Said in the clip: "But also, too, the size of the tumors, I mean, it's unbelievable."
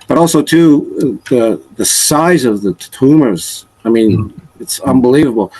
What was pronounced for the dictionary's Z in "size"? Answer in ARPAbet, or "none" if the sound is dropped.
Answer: Z